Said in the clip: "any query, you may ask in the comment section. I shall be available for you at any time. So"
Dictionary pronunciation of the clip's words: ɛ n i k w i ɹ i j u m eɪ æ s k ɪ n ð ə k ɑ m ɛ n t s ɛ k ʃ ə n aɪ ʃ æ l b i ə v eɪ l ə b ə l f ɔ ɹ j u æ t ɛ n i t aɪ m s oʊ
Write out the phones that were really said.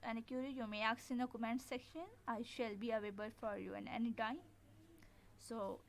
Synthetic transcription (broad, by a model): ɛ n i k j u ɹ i j u m eɪ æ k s ɪ n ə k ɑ m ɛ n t s ɛ k ʃ ə n aɪ ʃ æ l b i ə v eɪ b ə l f ɔ ɹ j u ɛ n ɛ n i t aɪ m s oʊ